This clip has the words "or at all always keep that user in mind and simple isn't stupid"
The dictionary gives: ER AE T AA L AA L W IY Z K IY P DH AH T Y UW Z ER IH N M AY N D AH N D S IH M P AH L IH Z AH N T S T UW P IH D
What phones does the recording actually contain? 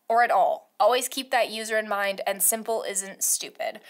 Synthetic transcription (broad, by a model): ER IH T AA L AA L W IY Z K IY P DH AH T Y UW Z ER IH N M AY N D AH N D S IH M P L IH Z AH N T S T UW P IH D